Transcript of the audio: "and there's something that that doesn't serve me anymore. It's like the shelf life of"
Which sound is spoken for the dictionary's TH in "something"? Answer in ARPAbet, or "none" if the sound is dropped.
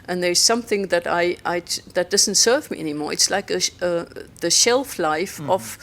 TH